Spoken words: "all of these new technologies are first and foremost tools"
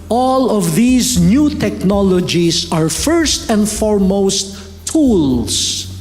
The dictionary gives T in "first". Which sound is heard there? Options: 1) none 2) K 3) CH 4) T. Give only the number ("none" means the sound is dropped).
4